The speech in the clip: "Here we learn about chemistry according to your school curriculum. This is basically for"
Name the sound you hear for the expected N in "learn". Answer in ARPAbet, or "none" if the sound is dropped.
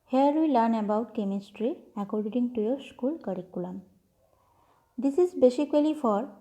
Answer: N